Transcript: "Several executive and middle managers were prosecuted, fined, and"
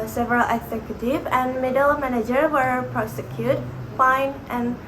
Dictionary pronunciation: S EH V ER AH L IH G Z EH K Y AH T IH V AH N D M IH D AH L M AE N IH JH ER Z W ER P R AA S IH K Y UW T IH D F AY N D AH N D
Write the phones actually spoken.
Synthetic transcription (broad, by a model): S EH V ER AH L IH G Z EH K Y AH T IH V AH N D M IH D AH L M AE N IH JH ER W ER P R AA S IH K Y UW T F AY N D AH N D